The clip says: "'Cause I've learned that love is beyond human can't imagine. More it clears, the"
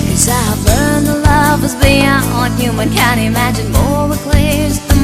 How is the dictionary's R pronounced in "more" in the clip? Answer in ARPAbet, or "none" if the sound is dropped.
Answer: W